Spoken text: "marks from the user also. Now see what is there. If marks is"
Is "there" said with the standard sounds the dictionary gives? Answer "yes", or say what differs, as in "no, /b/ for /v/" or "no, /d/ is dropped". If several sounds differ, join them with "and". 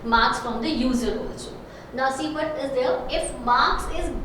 no, /l/ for /ɹ/